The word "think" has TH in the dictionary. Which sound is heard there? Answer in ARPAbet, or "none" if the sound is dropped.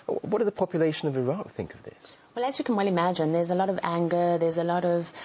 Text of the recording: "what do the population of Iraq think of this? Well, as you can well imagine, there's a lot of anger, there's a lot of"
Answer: TH